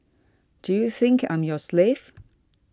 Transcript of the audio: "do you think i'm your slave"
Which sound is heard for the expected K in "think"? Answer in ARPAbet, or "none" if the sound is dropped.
K